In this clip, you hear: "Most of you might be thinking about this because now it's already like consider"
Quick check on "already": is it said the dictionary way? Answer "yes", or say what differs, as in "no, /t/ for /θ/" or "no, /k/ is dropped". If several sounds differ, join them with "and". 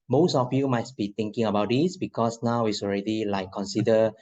yes